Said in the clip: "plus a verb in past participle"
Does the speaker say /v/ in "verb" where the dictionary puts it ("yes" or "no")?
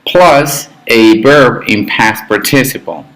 no